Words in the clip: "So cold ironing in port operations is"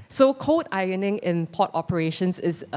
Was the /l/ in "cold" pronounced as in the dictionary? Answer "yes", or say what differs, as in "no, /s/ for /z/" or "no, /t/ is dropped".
no, /l/ is dropped